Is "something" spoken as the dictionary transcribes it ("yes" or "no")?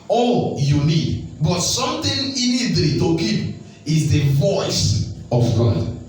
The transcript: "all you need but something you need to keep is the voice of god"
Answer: no